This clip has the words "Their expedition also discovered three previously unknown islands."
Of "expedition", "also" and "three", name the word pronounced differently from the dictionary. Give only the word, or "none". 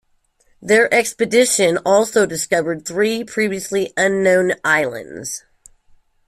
none